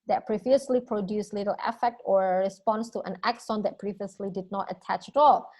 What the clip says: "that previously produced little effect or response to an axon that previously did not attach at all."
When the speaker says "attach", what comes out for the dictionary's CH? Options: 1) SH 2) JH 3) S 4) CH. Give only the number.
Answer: 4